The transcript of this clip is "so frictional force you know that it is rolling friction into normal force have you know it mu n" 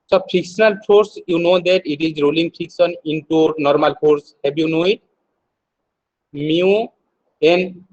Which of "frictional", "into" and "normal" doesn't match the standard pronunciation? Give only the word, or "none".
frictional